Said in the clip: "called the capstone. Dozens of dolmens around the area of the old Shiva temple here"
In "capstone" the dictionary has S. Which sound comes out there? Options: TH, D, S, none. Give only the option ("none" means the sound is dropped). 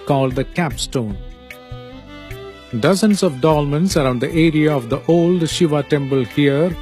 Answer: S